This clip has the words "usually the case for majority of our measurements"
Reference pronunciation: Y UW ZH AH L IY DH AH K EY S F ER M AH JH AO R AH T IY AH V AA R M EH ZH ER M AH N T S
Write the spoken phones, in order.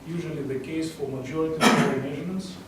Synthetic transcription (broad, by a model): Y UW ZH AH L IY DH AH K EY S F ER M AH JH AO R AH T IY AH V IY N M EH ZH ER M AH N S